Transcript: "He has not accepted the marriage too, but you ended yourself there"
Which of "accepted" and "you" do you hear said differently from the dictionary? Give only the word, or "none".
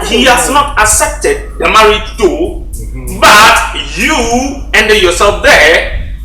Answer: accepted